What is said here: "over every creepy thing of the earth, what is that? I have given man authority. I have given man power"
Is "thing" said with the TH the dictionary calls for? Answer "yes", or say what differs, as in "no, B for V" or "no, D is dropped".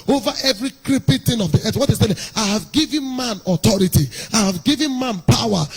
no, T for TH